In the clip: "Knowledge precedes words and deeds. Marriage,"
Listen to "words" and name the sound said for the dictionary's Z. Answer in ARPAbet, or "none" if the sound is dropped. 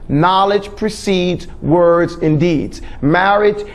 Z